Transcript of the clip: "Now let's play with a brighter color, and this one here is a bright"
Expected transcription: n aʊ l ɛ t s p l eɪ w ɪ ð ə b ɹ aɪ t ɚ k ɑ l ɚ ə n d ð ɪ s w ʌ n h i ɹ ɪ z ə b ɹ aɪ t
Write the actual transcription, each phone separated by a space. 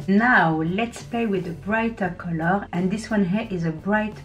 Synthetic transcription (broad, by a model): n aʊ l ɛ t s p l eɪ w ɪ ð ə b ɹ aɪ t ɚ k ɑ l ɚ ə n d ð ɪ s w ʌ n h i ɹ ɪ z ə b ɹ aɪ t